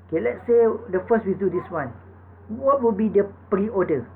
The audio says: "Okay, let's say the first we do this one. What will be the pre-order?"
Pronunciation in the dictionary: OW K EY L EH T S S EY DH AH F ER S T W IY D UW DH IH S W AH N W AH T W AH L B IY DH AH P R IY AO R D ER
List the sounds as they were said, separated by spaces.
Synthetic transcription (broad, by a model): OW K EY L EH T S S EY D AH F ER S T W IY D UW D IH S W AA N W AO T W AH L B IY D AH P R IY AO D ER